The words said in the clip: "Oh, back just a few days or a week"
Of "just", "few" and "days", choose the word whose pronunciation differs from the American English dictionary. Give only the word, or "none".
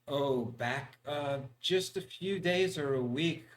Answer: none